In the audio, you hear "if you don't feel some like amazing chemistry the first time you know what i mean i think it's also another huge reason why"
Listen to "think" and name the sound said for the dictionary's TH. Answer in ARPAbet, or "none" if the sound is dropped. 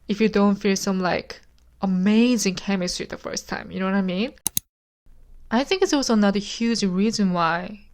TH